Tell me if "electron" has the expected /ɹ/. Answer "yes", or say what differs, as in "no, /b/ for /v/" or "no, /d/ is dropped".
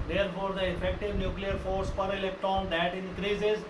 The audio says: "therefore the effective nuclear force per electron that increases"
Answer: no, /ɹ/ is dropped